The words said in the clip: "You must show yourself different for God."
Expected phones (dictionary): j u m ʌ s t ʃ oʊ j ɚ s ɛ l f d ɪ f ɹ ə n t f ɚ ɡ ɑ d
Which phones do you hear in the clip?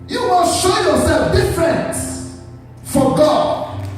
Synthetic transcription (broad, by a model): j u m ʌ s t ʃ oʊ j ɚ s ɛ l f d ɪ f ɹ ə n t f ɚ ɡ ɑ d